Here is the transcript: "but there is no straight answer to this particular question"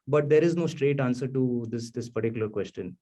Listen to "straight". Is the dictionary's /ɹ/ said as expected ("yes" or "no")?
yes